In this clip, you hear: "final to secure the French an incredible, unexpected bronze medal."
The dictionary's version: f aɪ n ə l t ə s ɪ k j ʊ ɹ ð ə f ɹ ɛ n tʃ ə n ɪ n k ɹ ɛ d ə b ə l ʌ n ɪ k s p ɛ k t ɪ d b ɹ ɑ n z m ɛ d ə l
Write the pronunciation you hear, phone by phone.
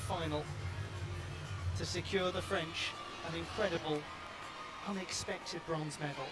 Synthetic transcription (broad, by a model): f aɪ n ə l t ə s ɪ k j ʊ ɹ ð ə f ɹ ɛ n tʃ ə n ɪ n k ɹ ɛ d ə b ə l ʌ n ɪ k s p ɛ k t ɪ d b ɹ ɑ n z m ɛ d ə l